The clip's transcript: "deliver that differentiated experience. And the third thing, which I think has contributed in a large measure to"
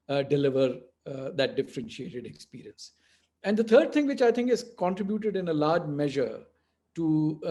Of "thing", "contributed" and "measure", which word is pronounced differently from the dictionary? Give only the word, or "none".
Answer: thing